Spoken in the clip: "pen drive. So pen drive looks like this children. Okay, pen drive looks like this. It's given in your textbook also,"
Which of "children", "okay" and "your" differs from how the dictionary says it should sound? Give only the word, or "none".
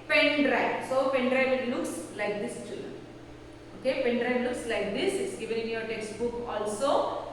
children